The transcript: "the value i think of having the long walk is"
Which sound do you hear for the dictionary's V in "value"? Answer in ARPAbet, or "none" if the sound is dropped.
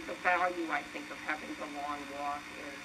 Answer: F